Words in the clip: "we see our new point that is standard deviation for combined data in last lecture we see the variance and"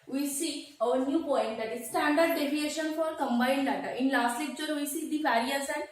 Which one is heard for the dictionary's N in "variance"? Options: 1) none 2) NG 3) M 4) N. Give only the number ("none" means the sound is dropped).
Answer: 1